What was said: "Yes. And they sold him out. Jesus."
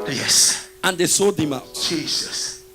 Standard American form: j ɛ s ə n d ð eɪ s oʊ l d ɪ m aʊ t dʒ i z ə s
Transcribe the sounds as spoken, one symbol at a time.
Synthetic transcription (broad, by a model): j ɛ s ə n d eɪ s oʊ d ɪ m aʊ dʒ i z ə s